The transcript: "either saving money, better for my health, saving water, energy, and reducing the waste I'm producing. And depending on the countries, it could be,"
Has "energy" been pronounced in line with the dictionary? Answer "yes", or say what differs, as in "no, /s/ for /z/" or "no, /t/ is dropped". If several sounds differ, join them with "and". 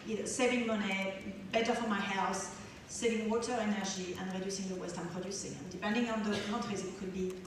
no, /ʒ/ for /dʒ/